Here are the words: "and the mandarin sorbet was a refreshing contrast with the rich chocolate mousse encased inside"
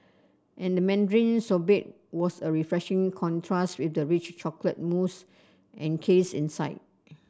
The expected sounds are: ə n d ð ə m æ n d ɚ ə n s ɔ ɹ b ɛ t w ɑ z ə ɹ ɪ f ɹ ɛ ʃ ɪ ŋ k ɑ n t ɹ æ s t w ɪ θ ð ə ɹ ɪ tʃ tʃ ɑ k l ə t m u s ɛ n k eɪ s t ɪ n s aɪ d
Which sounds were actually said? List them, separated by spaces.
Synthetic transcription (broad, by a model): ə n d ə m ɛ n d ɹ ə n s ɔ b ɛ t w ɑ s ə ɹ ɪ f ɹ ɛ ʃ ɪ ŋ k ɑ n t ɹ æ s t w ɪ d ə ɹ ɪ tʃ tʃ ɑ k l ə t m u s ɛ n k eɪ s ɪ n s aɪ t